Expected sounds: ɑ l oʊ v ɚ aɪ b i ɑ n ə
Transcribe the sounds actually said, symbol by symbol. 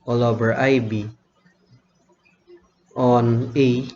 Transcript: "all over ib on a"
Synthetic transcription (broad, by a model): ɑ l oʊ b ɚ aɪ b i ɑ n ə